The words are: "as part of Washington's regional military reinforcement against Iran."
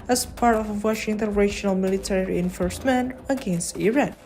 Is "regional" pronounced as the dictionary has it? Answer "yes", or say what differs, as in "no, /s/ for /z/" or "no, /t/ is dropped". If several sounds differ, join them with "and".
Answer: no, /ʃ/ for /dʒ/